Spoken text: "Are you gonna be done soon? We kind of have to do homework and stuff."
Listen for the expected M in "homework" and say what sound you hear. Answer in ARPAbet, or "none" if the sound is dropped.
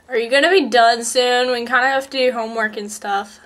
M